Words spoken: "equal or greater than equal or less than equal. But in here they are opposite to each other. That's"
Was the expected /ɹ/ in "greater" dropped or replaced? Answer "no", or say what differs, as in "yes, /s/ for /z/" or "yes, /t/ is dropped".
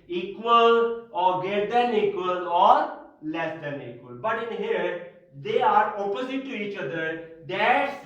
yes, /ɹ/ is dropped